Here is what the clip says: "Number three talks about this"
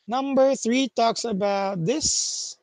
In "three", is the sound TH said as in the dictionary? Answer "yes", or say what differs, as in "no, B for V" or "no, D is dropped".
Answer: yes